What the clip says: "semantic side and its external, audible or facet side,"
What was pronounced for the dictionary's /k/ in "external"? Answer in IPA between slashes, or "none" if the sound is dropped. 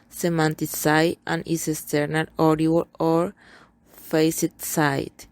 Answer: none